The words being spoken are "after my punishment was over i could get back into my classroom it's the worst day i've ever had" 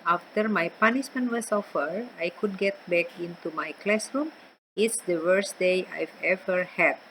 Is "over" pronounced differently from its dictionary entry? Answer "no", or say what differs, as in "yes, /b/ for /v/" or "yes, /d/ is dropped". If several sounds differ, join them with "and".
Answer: yes, /f/ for /v/